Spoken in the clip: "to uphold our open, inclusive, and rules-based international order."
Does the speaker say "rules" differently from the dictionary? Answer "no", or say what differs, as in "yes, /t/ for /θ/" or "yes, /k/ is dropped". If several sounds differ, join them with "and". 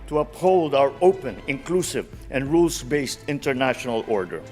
yes, /s/ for /z/